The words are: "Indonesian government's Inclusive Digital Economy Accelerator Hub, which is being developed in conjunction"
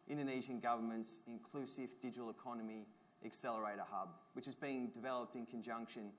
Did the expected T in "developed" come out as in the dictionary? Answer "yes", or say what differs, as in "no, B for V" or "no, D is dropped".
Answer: yes